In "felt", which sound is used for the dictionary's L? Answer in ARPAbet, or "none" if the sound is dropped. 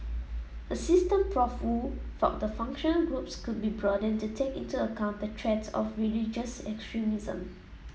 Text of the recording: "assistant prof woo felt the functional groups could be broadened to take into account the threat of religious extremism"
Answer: none